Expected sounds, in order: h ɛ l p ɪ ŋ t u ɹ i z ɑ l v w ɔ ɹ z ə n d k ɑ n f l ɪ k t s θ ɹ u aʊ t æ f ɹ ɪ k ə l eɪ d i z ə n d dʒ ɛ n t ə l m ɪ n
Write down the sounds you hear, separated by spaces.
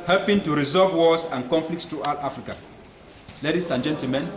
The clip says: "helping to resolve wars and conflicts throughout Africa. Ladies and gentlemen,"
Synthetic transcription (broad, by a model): h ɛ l p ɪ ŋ t u ɹ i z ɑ v w ɔ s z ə n k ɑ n f l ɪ k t s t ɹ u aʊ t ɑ f ɹ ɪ k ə l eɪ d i s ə n dʒ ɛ n t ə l m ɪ n